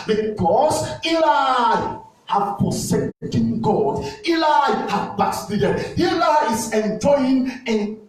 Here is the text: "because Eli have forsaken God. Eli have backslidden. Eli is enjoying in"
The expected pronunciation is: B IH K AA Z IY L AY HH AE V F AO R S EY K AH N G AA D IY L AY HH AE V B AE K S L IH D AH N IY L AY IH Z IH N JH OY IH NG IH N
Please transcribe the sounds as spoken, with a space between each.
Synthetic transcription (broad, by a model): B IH K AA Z IY L AY HH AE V P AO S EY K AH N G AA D IY L AY HH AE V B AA S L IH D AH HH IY L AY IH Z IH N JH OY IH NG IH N